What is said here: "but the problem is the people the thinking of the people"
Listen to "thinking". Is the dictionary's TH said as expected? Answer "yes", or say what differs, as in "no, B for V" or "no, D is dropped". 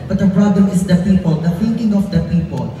no, F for TH